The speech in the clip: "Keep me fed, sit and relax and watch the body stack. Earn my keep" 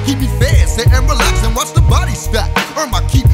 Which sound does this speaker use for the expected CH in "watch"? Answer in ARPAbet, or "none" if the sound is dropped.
S